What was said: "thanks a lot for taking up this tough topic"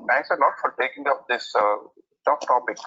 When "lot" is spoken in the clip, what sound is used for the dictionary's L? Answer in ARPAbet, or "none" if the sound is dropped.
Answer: N